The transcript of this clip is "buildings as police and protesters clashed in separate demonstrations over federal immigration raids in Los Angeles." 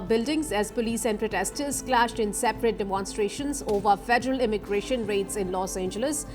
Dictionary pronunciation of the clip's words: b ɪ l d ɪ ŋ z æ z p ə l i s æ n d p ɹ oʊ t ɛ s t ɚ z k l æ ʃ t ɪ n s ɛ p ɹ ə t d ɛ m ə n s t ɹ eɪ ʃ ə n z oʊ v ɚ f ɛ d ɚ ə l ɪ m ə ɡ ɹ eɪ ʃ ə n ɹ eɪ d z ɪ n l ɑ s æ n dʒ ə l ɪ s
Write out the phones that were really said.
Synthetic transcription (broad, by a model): b ɪ l d ɪ ŋ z æ z p ə l i s æ n d p ɹ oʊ t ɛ s t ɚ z k l æ ʃ t ɪ n s ɛ p ɹ ə t d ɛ m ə n s t ɹ eɪ ʃ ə n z oʊ v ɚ f ɛ d ɚ ə l ɪ m ə ɡ ɹ eɪ ʃ ə n ɹ eɪ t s ɪ n l ɑ s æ n dʒ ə l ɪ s